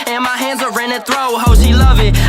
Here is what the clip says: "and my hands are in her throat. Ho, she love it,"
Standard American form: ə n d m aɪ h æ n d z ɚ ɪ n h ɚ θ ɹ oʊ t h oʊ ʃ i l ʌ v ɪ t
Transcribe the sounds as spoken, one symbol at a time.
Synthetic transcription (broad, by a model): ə n m aɪ h æ n d z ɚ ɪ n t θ ɹ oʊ h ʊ ʃ i l ʌ v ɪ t